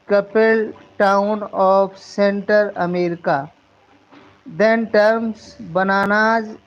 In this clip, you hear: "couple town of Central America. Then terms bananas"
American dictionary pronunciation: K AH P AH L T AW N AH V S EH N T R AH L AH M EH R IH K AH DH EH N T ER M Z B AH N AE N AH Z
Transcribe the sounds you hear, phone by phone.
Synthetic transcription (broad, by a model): K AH P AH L T AW N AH F S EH N T AH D AH M EH R IH K AH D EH N T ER M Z B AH N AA N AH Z